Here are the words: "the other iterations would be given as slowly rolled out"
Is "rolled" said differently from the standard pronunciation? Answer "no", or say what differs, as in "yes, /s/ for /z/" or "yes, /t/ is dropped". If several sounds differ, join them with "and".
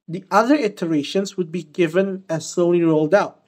no